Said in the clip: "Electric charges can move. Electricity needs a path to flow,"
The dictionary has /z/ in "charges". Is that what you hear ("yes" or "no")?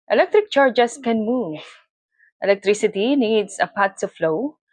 no